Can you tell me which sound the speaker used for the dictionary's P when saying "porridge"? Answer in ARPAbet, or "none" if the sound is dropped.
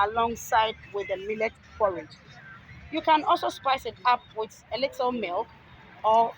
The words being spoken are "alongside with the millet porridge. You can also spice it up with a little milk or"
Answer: F